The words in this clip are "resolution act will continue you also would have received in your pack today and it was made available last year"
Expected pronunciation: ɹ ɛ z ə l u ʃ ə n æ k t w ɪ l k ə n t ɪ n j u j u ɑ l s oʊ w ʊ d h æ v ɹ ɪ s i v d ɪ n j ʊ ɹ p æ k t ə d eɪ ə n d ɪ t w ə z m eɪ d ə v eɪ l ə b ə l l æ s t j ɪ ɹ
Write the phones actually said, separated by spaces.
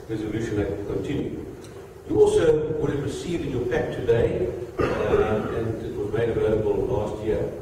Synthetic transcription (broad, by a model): ɹ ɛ z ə l u ʃ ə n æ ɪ k ə n t ɪ n j u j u ɑ l s oʊ w ʊ d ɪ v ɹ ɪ s i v ɪ n j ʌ ɹ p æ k t ə d eɪ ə n ɪ t w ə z m eɪ d ə v eɪ l ə b ə l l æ s t j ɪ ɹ